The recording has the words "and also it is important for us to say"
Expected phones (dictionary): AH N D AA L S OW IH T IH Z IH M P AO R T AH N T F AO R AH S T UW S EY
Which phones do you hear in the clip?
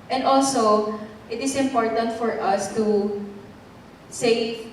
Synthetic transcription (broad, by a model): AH N D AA L S OW IH T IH S IH M P AO R T AH N T F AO R AH S T UW S EY